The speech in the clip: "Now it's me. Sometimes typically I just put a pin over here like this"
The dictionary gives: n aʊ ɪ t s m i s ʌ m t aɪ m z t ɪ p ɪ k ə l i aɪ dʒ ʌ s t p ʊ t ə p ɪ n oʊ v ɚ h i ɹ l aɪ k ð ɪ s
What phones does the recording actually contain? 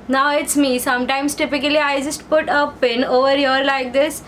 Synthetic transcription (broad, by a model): n aʊ ɪ t s m i s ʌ m t aɪ m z t ɪ p ɪ k ə l i aɪ dʒ ʌ s t p ʊ t ə p ɪ n oʊ v ɚ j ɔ ɹ l aɪ k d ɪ s